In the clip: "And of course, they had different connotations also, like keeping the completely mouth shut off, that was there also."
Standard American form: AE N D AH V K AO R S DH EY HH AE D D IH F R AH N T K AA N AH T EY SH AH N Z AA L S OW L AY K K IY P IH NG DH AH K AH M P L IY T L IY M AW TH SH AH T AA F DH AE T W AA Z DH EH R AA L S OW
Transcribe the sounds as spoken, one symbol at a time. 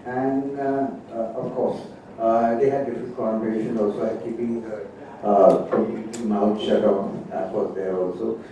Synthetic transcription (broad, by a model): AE N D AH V K AO R S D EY HH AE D D IH F R AH N T K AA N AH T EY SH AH N AA L S OW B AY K K IY P IH NG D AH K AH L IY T IY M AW T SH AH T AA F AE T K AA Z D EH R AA L S OW